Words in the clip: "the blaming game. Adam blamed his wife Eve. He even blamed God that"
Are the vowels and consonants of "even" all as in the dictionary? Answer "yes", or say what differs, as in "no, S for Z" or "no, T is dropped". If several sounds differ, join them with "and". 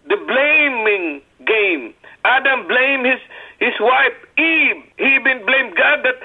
no, B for V